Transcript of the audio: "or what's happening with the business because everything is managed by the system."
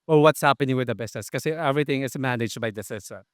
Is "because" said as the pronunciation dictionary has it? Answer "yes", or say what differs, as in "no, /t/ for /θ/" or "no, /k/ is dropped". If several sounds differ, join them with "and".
no, /z/ is dropped